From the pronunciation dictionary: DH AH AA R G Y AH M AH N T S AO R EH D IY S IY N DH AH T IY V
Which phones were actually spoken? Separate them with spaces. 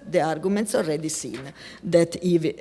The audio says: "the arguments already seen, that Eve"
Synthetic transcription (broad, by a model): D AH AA R G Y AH M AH N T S AO R EH D IY S IY N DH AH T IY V